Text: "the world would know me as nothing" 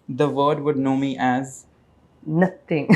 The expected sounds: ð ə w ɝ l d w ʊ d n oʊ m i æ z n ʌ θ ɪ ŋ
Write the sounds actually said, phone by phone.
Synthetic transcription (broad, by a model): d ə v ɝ d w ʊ d n oʊ m i æ z n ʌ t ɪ ŋ